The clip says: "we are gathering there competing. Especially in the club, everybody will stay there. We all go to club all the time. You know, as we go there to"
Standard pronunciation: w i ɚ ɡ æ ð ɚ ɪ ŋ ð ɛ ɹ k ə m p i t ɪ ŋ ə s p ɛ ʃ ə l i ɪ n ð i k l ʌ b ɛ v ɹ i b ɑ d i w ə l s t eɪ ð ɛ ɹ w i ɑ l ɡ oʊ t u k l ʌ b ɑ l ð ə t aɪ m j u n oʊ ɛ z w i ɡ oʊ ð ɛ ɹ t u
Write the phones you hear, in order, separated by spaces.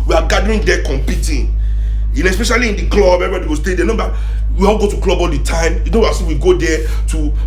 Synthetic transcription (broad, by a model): w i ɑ ɡ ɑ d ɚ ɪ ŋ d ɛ k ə m p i t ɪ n ə s p ɛ ʃ ə l i ɪ n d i k l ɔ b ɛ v i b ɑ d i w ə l s t eɪ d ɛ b w i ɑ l ɡ oʊ t u k l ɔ b ɑ l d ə t aɪ m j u n oʊ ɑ s w i ɡ oʊ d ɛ t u